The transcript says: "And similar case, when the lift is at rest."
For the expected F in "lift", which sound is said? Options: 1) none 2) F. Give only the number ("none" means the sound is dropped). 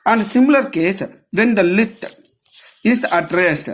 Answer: 1